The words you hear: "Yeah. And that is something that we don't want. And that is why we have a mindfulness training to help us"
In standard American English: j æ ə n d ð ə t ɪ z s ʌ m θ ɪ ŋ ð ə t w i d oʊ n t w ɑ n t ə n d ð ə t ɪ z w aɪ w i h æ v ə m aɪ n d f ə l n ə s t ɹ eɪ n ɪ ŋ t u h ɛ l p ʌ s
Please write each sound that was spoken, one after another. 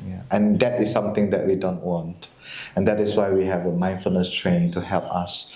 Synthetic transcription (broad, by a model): j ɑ ə n d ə t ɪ s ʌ m t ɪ ŋ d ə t w i d oʊ n t w ɑ n t ə n d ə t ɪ s w aɪ w i h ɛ v ə m aɪ n f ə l n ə s t ɹ eɪ n ɪ ŋ t u h ɛ l p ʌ s